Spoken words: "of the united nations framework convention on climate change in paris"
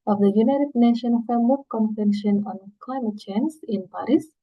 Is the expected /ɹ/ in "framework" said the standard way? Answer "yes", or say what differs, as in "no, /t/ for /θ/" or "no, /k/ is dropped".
no, /ɹ/ is dropped